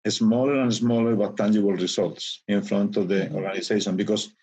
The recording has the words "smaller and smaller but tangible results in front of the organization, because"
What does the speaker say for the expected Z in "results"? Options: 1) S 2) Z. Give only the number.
1